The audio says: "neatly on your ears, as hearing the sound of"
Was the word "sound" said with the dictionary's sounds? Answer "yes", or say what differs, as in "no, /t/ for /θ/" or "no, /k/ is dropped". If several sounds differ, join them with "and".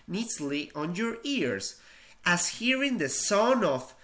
no, /d/ is dropped